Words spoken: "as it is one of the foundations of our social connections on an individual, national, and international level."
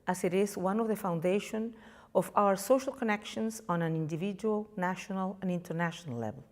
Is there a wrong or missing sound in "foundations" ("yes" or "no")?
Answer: yes